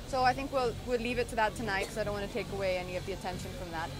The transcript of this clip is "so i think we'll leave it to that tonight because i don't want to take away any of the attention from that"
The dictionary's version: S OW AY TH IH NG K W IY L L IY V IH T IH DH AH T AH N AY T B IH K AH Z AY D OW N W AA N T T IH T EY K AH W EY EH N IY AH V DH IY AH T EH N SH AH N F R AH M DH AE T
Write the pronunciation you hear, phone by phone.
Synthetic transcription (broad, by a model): S OW AY TH IH NG K W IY L L IY V IH T IH DH AH T AH N AY T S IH AH AY D OW N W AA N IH T EY K AH W EY EH N IY AH V DH IY AH T EH N SH AH N F R AH M DH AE T